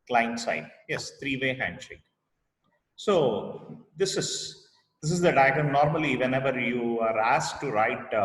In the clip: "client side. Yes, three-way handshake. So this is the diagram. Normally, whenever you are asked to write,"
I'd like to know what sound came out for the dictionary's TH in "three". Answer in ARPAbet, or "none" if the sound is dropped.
T